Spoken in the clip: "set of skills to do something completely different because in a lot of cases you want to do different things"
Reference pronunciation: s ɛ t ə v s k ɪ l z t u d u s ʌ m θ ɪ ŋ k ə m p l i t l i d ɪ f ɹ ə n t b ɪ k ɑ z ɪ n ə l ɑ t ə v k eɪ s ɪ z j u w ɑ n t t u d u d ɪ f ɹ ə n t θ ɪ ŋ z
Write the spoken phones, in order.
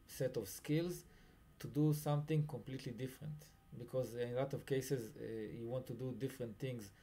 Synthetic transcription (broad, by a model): s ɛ t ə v s k ɪ l z t u d u s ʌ m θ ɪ ŋ k ə m p l i t l i d ɪ f ɹ ə n t b ɪ k ɑ z ɪ n l ɑ t ə v k eɪ s ɪ z j u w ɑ n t t u d u d ɪ f ɹ ə n t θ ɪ ŋ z